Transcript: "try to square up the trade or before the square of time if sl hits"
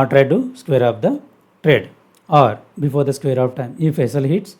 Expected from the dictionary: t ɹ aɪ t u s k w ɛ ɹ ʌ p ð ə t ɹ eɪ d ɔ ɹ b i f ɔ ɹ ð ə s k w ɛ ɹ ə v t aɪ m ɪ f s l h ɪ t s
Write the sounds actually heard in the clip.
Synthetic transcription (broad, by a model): t ɹ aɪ t u s k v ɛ ɹ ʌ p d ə t ɹ eɪ d ɔ ɹ b i f ɔ ɹ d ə s k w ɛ ɹ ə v t aɪ m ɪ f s l h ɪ t s